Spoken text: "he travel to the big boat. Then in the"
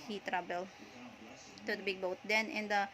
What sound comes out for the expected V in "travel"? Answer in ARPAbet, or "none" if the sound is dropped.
B